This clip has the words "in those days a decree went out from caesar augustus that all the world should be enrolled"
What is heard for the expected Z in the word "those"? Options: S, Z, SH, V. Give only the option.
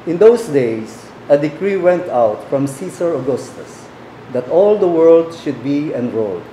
S